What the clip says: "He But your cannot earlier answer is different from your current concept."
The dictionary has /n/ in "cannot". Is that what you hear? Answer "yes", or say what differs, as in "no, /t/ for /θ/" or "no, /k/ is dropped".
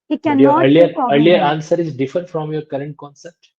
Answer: no, /n/ is dropped